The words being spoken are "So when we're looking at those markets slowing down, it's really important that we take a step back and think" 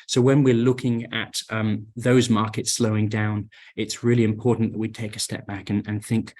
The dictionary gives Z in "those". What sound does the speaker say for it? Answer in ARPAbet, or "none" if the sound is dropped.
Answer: Z